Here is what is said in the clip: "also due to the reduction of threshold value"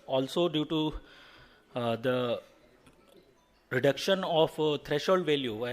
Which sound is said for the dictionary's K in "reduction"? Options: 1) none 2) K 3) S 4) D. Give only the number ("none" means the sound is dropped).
2